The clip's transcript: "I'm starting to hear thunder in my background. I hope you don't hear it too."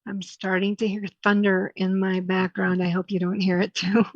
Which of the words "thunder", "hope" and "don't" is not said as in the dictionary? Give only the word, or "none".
none